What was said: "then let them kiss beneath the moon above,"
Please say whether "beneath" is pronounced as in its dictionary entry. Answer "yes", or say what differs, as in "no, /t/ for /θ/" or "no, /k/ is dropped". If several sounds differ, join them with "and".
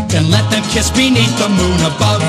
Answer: no, /t/ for /θ/